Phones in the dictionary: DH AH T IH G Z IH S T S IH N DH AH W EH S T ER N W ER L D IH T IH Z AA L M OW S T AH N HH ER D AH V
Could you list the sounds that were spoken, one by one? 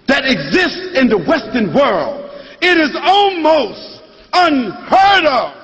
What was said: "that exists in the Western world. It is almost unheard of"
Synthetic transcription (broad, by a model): DH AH T IH G Z IH S T S IH N DH AH W EH S T ER N W ER L D IH T IH Z AA L M OW S T AH N HH ER D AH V